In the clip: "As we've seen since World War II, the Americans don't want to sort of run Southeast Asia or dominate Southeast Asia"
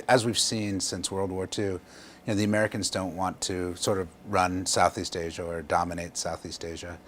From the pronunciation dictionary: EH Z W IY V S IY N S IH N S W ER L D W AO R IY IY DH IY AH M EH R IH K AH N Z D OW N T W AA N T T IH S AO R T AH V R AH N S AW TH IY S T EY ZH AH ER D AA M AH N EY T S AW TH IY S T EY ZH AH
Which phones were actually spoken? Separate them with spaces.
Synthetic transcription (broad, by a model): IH Z W IY V S IY N S IH N S W ER L D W AO R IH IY DH IY AH M EH R IH K AH N Z D OW N T W AA N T T IH S AO R T AH V R AH N S AW TH IY S T EY ZH AH ER D AA M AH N EY T S AW TH IY S T EY ZH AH